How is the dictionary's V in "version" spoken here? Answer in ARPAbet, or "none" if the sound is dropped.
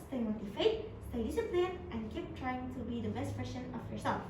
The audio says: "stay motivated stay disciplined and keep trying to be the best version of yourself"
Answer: P